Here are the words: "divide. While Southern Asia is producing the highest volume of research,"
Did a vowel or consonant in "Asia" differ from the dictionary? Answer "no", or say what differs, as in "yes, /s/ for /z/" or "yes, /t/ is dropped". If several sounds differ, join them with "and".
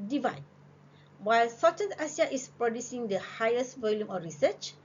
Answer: yes, /s/ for /ʒ/